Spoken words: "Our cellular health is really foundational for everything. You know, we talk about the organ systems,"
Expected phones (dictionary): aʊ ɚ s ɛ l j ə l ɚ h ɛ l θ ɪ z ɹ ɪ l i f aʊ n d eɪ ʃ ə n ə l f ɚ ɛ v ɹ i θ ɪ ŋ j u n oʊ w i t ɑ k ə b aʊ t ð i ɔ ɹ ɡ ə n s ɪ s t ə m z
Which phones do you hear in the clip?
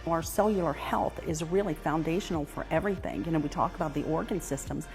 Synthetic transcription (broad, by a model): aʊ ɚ s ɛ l j l ɚ h ɛ l θ ɪ z ɹ ɪ l i f aʊ n d eɪ ʃ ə n l f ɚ ɛ v ɹ i θ ɪ ŋ j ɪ n oʊ w i t ɑ k ə b aʊ t ð i ɔ ɹ ɡ ə n s ɪ s t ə m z